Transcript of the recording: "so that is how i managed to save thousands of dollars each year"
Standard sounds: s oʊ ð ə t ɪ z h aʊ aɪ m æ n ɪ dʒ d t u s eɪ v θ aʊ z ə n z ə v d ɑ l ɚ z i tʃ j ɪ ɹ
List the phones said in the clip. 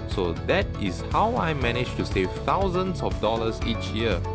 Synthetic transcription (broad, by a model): s oʊ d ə t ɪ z h aʊ aɪ m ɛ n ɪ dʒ t u s eɪ v t aʊ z ə n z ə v d ɑ l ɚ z i tʃ j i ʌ